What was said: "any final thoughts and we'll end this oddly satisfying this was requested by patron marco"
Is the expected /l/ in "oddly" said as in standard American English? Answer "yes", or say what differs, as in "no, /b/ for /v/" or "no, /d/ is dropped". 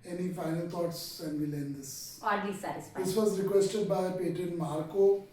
no, /l/ is dropped